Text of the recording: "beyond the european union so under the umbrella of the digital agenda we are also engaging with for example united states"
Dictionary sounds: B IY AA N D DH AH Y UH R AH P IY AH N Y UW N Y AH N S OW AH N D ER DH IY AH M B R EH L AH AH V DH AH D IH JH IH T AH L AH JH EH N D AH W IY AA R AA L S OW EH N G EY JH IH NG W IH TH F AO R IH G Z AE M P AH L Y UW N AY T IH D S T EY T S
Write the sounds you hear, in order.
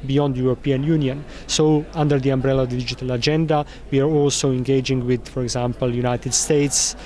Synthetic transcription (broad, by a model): B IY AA N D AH Y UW R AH P IY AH N Y UW N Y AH N S OW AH N D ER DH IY AH M B R EH L AH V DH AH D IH JH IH T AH L AH JH EH N D AH W IY AA R AA L S OW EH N G EY JH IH NG W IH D F AO R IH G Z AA M P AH L Y UW N AY T IH D S T EY T S